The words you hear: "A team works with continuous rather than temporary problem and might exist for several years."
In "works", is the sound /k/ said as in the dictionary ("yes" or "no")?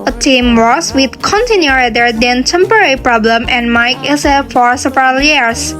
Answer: no